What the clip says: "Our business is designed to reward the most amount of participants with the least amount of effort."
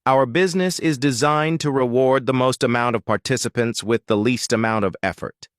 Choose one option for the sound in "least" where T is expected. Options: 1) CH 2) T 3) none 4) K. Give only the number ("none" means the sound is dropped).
2